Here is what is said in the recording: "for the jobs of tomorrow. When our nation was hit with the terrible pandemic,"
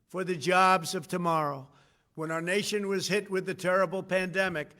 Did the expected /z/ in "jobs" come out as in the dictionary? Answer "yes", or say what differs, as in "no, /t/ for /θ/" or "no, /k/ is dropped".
yes